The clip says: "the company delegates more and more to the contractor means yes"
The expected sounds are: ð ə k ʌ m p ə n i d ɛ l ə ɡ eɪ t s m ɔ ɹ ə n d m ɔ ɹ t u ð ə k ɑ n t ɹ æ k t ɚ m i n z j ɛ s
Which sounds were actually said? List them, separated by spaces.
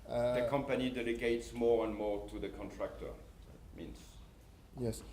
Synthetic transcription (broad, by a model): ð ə k ʌ m p ə n i d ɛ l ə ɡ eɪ t s m ɔ ɹ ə n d m ɔ ɹ t u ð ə k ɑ n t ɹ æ k t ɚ m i n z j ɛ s